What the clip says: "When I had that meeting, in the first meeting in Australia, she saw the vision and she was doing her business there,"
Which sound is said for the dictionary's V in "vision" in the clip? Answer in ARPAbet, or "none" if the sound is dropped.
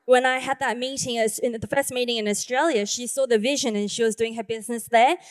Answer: V